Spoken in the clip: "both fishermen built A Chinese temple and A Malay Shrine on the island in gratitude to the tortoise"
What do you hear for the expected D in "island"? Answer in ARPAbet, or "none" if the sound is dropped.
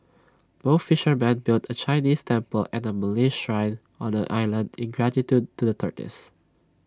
D